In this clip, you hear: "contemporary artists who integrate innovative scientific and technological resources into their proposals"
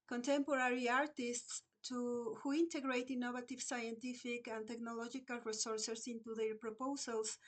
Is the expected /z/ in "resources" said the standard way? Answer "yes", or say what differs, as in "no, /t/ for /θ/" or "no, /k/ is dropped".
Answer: no, /s/ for /z/